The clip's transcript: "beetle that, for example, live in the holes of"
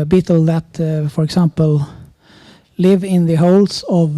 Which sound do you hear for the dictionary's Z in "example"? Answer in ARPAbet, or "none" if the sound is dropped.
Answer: S